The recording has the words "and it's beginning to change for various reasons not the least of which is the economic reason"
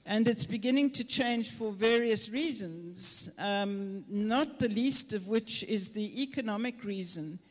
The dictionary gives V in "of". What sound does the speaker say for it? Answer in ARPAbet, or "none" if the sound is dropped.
V